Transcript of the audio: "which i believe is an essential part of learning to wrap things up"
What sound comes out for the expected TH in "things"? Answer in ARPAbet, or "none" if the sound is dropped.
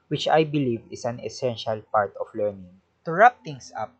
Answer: T